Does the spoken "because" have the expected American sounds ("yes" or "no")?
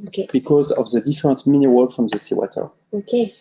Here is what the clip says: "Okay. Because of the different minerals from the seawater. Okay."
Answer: yes